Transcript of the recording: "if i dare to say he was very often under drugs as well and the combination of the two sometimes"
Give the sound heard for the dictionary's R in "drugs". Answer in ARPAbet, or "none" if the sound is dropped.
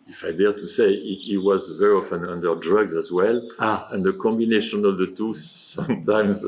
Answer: R